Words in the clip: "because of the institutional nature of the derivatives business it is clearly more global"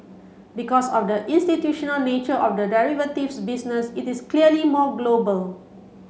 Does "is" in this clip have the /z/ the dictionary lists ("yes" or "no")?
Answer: no